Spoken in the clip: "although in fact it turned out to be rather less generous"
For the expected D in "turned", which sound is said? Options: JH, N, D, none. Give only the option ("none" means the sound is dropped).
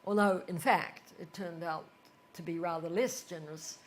D